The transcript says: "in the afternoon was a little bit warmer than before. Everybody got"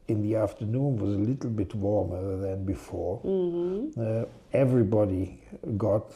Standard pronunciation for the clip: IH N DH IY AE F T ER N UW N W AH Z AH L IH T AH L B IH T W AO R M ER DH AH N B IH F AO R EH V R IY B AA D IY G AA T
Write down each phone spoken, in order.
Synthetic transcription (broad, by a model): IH N DH IY AE F T ER N UW N W AH Z AH L IH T L B IH T W AO R M ER DH AH N B IH F AO R EH V R IY B AA D IY G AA T